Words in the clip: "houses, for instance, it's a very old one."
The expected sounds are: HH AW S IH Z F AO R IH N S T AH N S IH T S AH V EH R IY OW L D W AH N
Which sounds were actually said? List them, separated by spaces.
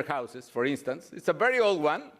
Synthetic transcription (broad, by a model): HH AW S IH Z F AO R IH N S T AH N S IH T S AH V EH R IY OW L D W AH N